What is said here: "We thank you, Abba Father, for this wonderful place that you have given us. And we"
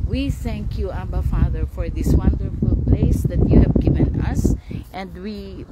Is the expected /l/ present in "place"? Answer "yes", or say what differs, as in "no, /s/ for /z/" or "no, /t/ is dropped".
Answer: yes